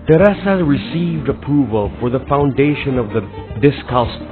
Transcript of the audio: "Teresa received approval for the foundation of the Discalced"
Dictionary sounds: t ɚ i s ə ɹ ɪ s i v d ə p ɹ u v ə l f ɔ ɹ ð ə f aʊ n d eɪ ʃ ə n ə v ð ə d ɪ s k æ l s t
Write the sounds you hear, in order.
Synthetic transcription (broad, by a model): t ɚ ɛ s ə ɹ ɪ s i v d ə p ɹ u v ə l f ɔ ɹ ð ə f aʊ n d eɪ ʃ ə n ə v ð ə d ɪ s k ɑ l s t